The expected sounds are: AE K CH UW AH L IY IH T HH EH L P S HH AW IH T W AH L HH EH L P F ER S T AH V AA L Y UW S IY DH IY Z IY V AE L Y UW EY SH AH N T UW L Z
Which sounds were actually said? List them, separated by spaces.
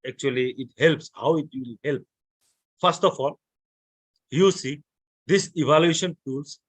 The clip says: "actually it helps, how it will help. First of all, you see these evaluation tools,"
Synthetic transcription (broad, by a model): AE K CH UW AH L IY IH T HH EH L P S HH AW IH T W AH L HH EH L P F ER S T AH F AA L Y UW S IY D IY S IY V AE L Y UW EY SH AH N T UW L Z